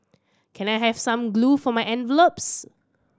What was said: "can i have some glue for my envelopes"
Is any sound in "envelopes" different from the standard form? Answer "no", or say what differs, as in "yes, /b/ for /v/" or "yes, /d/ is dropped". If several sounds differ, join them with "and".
no